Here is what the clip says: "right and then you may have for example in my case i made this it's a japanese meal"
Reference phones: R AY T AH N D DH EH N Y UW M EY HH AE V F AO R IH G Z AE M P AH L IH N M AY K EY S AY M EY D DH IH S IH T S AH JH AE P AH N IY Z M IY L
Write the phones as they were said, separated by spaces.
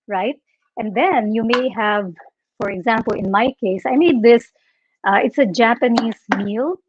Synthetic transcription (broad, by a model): R AY T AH N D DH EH N Y UW M EY HH AE V F AO R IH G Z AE M P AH L IH N M AY K EY S AY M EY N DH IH S IH T S AH JH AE P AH N IY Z M IY L